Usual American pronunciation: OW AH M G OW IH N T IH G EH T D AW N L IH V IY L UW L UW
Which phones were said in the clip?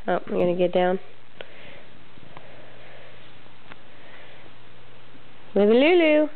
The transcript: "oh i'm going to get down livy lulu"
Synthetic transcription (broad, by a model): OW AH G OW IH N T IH G EH T D AW N W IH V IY L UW L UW